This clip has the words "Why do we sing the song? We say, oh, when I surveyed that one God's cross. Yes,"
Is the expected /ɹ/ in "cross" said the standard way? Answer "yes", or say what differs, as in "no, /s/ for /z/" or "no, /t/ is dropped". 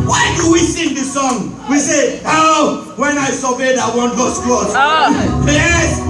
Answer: no, /ɹ/ is dropped